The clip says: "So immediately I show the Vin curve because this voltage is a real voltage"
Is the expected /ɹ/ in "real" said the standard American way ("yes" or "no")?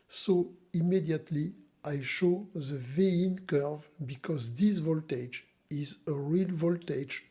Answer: yes